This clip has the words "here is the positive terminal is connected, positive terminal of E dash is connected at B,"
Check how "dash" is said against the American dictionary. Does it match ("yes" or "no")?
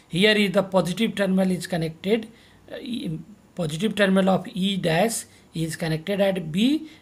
no